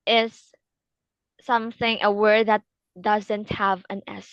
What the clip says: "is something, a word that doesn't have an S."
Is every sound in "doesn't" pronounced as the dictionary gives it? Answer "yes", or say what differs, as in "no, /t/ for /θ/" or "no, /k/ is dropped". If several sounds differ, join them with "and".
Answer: yes